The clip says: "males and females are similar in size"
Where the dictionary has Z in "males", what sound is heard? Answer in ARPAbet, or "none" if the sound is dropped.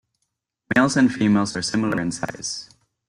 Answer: Z